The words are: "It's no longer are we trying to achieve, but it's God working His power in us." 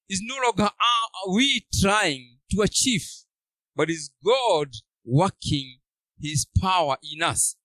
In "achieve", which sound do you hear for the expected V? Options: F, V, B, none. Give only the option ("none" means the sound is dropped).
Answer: F